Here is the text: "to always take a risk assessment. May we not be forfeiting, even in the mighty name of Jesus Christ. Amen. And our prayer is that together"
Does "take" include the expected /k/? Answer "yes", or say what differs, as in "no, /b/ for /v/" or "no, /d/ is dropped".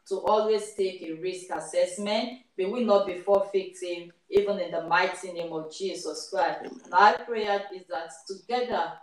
yes